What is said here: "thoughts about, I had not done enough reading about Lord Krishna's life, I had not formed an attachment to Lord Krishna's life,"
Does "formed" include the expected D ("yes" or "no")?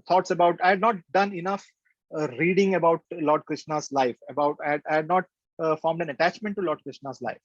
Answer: yes